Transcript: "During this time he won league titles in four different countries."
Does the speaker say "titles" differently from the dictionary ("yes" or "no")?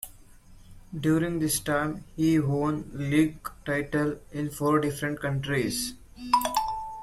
yes